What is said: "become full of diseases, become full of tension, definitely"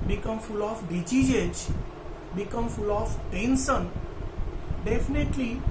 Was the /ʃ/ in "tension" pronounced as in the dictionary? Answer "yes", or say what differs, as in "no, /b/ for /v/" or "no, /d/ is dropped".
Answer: no, /s/ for /ʃ/